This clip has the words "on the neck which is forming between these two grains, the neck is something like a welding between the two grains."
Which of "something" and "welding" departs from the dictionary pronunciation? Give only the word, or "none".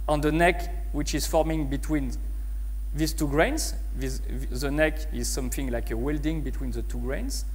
none